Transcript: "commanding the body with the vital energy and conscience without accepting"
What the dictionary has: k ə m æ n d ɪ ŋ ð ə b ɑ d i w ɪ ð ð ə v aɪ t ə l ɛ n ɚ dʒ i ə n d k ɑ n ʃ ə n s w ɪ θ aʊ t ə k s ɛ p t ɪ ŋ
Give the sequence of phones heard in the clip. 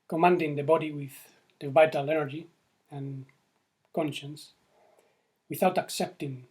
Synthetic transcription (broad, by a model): k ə m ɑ n d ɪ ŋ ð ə b ɑ d i w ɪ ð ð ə v aɪ t ə l ɛ n ɚ dʒ i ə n k ɑ n ʃ ə n s w ɪ θ aʊ t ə k s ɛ p t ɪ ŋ